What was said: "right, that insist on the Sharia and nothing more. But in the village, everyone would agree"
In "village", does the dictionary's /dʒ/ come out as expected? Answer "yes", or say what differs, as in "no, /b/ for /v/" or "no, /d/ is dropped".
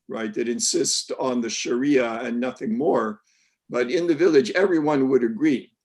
yes